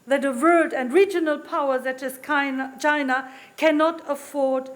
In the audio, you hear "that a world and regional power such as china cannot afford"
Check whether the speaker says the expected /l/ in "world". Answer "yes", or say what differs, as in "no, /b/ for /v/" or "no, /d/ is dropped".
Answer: no, /l/ is dropped